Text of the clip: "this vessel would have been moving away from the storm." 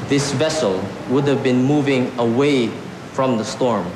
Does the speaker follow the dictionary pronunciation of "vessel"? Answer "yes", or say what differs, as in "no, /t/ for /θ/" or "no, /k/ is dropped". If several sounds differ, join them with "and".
yes